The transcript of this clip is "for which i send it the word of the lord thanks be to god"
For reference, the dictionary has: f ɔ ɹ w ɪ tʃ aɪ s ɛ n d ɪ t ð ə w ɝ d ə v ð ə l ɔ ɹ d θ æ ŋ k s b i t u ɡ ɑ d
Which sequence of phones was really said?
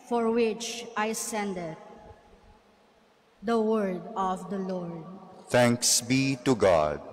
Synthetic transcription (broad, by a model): f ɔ ɹ w ɪ tʃ aɪ s ɛ n d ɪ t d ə w ɝ d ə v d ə l ɔ ɹ d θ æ ŋ k s b i t u ɡ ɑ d